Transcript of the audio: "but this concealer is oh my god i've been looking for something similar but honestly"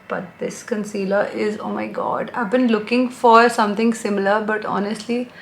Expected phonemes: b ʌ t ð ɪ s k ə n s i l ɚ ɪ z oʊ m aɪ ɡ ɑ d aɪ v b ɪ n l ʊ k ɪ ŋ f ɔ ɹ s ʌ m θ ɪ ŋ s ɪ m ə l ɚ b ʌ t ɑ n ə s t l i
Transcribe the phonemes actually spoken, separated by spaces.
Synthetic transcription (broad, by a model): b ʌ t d ɪ s k ə n s i l ɚ ɪ z oʊ m aɪ ɡ ɑ d aɪ v b ɪ n l ʊ k ɪ ŋ f ɔ ɹ s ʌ m t ɪ ŋ s ɪ m ə l ɚ b ʌ t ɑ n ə s t l i